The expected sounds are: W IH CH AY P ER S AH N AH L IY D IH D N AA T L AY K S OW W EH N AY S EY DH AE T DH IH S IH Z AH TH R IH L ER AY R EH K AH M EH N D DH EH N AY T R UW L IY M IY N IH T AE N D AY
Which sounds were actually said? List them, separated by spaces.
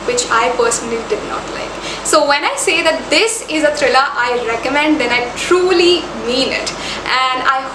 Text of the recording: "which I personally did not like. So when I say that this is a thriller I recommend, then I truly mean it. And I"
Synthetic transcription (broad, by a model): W IH CH AY P ER S AH N AH L IY D IH D N AA T L AY K S OW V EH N AY S EY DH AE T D IH S IH Z AH T R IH L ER AY R EH K AH M EH N D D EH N AY T R UW L IY M IY N IH T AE N D AY